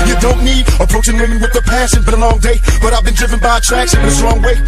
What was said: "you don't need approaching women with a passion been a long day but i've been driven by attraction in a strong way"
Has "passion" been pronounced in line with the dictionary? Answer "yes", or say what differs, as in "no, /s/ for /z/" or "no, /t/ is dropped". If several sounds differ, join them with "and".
no, /s/ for /ʃ/